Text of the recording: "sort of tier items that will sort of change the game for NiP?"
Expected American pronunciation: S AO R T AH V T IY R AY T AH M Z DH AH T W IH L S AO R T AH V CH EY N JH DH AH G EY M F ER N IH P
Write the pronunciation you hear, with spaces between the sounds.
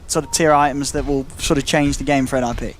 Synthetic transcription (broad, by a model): S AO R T AH V T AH R AY T AH M Z DH AH T W IH L S AO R T AH V CH EY N JH DH AH G EY M F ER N IH P